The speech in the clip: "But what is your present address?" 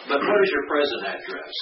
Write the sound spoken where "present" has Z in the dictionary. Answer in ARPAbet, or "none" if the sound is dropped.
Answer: Z